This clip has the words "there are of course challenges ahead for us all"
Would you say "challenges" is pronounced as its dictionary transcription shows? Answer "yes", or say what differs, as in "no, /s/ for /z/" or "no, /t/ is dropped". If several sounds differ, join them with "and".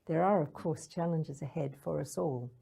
yes